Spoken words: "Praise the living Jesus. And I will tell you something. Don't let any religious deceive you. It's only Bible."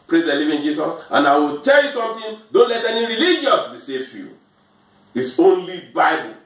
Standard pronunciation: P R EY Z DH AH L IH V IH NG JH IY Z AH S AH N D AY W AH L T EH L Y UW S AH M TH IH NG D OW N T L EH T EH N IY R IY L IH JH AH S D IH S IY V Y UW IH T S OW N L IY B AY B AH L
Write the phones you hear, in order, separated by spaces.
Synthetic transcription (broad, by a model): P R EY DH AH L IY V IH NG JH IY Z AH S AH N AY W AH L T EH L Y UW S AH M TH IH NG D OW N T L EH T EH N IY R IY L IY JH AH S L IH S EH F Y UW IH T S OW N L IY B AY B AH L